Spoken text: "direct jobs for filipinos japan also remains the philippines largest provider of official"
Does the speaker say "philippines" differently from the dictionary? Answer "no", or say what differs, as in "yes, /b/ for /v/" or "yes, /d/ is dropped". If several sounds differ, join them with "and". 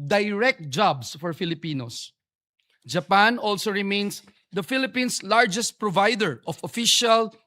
yes, /s/ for /z/